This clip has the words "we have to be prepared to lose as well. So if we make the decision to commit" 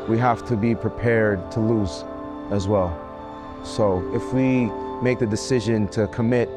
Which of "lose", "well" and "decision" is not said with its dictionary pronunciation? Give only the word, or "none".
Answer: none